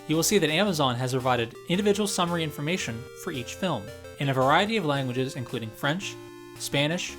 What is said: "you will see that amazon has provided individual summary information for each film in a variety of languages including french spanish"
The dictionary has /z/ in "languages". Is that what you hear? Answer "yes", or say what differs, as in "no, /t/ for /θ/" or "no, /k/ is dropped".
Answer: yes